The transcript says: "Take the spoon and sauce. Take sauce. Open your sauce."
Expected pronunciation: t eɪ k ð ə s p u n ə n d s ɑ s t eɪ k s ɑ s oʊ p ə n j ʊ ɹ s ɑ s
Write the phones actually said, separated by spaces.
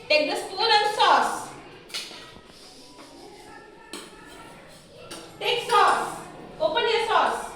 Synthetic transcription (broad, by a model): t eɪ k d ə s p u l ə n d s ɑ s t eɪ k s ɑ s oʊ p ə n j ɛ s ɑ s